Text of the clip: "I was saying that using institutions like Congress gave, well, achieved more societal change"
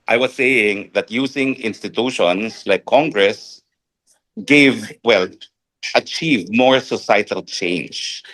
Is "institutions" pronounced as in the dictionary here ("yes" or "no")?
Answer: no